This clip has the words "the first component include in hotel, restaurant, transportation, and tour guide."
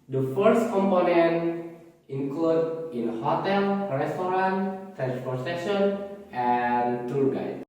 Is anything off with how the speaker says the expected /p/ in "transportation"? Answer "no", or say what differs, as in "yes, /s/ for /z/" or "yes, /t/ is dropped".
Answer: yes, /p/ is dropped